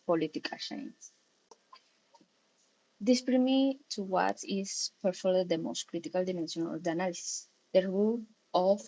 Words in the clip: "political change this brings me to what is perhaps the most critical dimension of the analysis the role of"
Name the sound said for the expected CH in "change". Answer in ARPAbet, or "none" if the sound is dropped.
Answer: SH